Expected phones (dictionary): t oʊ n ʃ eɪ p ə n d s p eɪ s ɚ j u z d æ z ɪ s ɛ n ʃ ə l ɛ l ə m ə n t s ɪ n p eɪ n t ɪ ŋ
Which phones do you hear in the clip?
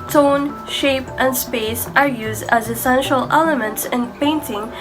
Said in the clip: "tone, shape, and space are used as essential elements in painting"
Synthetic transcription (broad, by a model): t oʊ n ʃ eɪ p ə n d s p eɪ s ɚ j u z d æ z ɪ s ɛ n ʃ ə l ɛ l ə m ə n t s ɪ n p eɪ n t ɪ ŋ